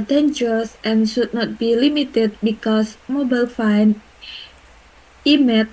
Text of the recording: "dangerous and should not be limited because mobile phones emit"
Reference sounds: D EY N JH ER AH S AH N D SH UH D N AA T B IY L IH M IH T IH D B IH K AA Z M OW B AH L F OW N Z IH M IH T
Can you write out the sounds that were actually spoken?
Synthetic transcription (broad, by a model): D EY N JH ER S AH N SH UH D N AA T B IY L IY M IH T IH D B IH K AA S M OW B AH L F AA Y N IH M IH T